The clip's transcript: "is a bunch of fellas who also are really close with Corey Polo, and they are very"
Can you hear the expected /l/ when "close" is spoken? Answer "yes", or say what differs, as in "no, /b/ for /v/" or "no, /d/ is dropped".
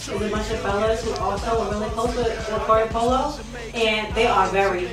no, /l/ is dropped